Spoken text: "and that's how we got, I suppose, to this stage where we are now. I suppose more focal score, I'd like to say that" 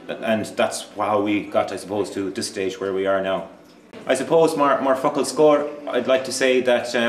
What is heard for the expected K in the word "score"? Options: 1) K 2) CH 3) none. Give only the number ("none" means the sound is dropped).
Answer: 1